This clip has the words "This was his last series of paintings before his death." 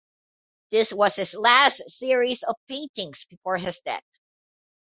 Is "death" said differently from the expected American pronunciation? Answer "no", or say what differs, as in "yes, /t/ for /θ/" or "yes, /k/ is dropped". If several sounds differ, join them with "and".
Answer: yes, /t/ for /θ/